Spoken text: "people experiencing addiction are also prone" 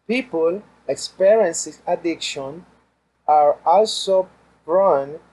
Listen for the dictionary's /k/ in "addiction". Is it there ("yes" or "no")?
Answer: yes